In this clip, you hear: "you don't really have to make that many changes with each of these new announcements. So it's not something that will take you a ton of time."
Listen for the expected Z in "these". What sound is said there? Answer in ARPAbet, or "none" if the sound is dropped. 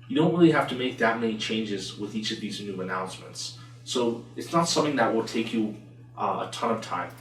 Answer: Z